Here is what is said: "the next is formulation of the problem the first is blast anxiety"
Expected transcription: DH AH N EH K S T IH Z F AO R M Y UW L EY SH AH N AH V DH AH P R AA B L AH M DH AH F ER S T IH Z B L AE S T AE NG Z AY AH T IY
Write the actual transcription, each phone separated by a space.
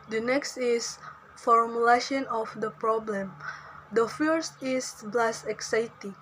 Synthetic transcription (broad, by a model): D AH N EH K S T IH S F AO R M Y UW L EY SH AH N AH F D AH P R AA B L AH M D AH F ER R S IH S B L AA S AE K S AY T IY